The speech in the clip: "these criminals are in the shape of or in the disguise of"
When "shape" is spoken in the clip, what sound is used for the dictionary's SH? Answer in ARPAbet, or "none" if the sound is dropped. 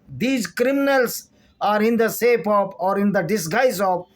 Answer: S